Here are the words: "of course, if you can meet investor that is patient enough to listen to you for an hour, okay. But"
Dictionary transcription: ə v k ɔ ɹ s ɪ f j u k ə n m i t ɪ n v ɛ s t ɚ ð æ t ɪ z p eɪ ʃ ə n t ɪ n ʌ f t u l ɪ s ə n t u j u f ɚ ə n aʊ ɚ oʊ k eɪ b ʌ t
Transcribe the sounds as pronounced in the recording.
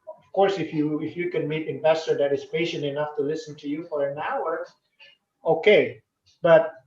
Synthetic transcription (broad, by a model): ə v k ɔ ɹ s ɪ f j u k ə n m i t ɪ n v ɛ s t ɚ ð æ t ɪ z p eɪ ʃ ə n t ɪ n ʌ f t u l ɪ s ə n t u j u f ɚ ə n aʊ ɚ oʊ k eɪ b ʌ t